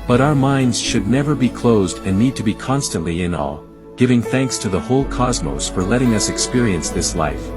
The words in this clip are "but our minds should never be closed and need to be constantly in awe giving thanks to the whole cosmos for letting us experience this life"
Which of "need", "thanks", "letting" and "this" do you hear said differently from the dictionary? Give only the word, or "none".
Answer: none